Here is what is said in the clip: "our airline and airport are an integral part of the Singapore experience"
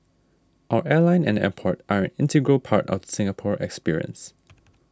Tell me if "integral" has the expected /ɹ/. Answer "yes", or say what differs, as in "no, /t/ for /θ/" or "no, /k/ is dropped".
yes